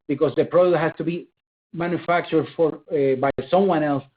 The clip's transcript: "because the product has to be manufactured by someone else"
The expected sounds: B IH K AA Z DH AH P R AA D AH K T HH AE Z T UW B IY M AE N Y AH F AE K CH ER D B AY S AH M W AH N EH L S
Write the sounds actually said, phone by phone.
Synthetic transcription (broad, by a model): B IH K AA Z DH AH P R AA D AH T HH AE S T UW B IY M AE N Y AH F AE K CH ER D B AY S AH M W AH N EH L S